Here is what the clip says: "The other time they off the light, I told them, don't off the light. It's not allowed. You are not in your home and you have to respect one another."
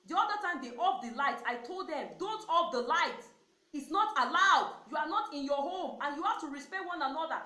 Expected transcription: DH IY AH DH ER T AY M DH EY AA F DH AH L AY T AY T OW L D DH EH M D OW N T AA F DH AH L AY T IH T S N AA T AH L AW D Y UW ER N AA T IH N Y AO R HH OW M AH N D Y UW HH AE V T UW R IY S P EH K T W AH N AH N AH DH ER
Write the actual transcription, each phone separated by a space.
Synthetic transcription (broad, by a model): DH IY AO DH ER T AY M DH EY AA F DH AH L AY T AY T OW L D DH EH M D OW N T AA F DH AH L AY T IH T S N AA T AH L AW D Y UW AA N AA T IH N Y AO HH OW M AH N Y UW HH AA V T UW R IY S P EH T W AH N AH N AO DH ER